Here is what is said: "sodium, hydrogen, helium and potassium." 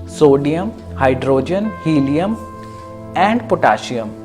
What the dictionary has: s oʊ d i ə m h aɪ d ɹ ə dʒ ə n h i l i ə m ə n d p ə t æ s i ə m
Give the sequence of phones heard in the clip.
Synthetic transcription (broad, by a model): s oʊ d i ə m h aɪ d ɹ ə dʒ ə n h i l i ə m ə n d p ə t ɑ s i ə m